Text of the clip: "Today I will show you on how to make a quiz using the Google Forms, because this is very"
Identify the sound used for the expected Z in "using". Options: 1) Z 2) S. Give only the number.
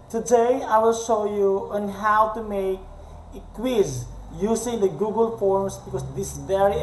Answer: 2